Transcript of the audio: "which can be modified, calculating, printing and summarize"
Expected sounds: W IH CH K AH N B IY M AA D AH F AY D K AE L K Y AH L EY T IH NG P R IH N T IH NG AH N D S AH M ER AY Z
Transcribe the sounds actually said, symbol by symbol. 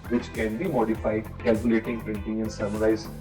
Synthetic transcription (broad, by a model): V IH CH K AH N B IY M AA D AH F AY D K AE L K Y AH L EY T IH NG P R IH N T IH NG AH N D S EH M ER AY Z